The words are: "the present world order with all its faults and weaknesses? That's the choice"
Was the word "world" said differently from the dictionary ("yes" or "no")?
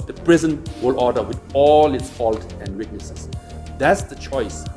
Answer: yes